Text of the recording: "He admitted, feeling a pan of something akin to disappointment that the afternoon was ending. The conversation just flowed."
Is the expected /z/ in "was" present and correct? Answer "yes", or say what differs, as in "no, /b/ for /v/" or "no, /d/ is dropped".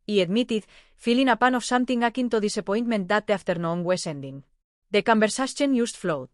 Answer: no, /s/ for /z/